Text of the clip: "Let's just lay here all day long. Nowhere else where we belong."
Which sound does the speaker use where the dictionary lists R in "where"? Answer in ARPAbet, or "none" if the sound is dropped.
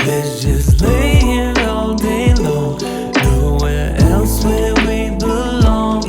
L